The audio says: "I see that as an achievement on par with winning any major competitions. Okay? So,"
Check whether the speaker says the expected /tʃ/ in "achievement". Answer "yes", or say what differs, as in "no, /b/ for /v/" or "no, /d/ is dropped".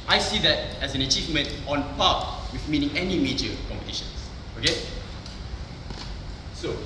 yes